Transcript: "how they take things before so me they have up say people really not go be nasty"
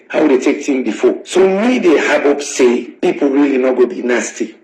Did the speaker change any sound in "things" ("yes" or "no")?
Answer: yes